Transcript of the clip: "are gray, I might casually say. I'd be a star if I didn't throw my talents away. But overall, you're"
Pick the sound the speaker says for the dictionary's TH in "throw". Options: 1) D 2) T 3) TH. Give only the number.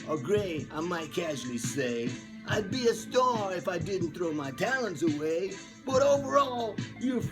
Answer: 3